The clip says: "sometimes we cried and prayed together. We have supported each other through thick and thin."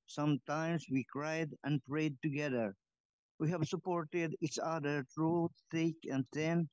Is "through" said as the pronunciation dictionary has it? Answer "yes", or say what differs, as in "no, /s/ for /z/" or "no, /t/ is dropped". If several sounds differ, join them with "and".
no, /t/ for /θ/